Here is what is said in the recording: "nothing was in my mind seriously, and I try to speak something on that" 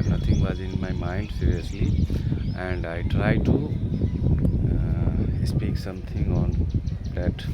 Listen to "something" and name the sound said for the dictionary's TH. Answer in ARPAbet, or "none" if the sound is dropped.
T